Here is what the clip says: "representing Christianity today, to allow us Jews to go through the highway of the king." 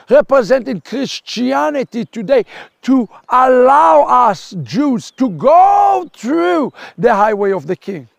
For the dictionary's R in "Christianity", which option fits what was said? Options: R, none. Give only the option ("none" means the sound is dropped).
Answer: R